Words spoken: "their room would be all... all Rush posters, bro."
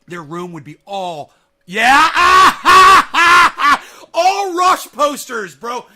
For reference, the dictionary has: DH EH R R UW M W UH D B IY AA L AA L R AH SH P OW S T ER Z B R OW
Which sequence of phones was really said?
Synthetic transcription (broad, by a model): DH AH R R UW M W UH D B IY AA L AA L R AH SH P OW S T ER Z B R OW